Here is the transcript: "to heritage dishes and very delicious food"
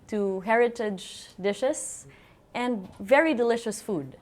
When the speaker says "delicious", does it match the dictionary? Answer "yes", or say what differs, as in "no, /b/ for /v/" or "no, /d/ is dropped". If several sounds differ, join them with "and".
yes